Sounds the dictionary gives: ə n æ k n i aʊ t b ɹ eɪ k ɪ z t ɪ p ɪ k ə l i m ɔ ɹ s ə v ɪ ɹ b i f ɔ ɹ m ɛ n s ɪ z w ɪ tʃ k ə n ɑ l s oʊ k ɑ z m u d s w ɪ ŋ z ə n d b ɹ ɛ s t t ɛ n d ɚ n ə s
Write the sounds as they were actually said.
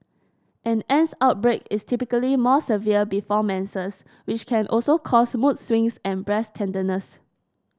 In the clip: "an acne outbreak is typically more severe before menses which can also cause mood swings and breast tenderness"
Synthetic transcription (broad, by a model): ə n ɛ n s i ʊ t b ɹ eɪ k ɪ s t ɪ p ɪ k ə l i m ɔ s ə v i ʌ b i f ɔ m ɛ n s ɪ s w ɪ tʃ k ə n ɑ l s oʊ k ɑ s m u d s w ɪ ŋ s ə n b ɹ ɛ s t t ɛ n d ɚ n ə s